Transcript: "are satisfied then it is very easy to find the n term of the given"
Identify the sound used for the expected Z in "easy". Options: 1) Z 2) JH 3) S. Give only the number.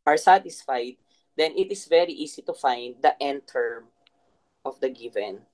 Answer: 3